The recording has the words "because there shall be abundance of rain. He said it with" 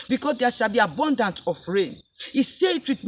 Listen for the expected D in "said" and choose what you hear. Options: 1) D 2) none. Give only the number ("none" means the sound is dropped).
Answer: 2